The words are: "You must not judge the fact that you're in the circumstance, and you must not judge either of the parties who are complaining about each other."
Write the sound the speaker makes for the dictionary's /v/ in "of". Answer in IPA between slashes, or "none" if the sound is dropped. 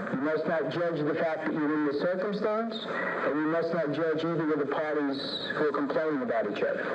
/w/